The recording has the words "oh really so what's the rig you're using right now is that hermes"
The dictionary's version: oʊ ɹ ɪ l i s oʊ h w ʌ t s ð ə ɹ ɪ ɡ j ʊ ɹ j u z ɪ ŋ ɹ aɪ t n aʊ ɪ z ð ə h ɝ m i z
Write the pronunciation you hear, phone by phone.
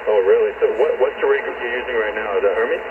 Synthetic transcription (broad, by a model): oʊ ɹ ɪ l i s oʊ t w ʌ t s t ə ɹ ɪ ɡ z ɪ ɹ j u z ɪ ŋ ɹ aɪ t n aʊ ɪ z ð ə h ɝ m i